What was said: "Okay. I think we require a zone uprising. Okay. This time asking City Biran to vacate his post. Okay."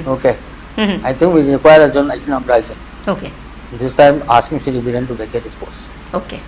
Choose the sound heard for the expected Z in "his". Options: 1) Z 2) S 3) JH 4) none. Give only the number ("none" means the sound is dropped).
2